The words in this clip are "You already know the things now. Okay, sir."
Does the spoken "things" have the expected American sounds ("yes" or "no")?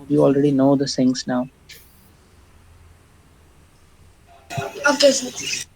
no